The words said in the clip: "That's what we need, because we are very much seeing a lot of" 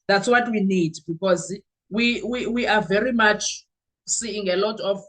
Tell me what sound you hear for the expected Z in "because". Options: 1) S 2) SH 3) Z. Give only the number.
3